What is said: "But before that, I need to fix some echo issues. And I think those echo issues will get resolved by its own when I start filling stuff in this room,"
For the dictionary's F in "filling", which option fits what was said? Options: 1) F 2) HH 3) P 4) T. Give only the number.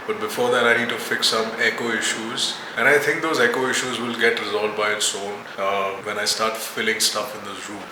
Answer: 1